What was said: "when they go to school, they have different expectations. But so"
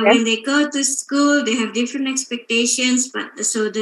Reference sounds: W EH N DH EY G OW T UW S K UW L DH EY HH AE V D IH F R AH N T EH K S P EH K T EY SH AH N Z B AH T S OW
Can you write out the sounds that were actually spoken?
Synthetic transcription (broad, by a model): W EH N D EY G OW T UW S K UW L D EY HH AE V D IH F R AH N T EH K S P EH K T EY SH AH N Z B AH T S OW